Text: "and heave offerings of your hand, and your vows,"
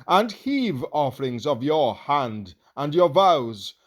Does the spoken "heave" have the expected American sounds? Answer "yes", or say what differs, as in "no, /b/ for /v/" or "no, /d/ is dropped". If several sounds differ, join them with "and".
yes